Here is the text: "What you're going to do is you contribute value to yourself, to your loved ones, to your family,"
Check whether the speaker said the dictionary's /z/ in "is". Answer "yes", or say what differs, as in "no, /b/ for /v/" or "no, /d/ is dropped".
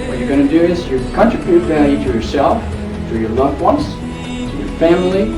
no, /s/ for /z/